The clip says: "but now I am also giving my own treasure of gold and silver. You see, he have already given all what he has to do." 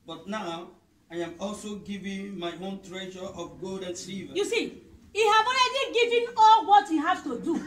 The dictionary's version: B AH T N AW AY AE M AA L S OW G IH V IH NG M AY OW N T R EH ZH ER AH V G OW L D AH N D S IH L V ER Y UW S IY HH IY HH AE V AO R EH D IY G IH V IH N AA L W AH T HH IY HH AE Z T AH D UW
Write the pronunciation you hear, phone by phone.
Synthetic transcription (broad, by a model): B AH T N AW AY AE M AA L S OW G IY V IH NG M AY OW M T R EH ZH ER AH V G OW L D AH N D S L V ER Y UW S IY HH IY HH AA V AO R EH D IY G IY V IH N AA L W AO T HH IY HH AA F T AH D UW